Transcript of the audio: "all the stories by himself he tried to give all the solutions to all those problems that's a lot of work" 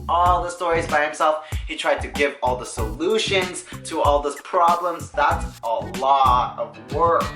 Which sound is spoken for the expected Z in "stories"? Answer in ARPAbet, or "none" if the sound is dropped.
Z